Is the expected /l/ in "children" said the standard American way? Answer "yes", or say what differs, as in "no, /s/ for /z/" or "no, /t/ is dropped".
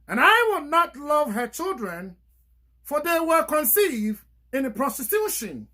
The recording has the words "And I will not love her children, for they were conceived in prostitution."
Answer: yes